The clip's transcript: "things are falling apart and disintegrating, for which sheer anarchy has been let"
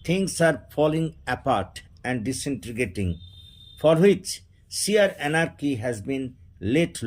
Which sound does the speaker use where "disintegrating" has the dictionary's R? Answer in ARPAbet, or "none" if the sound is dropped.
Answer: none